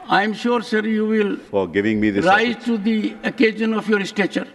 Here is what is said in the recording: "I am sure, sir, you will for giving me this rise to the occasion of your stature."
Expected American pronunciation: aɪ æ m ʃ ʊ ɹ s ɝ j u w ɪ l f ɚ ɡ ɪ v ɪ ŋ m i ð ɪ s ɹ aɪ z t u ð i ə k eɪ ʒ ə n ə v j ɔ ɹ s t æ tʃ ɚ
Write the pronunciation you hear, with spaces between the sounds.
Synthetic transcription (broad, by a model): aɪ m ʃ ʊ ɹ s ɝ j u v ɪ l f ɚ ɡ ɪ v ɪ ŋ m i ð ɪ ɹ aɪ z t u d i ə k eɪ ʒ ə n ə f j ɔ ɹ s t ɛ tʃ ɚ